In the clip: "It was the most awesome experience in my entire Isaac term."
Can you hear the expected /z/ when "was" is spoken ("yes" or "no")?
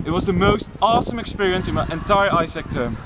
yes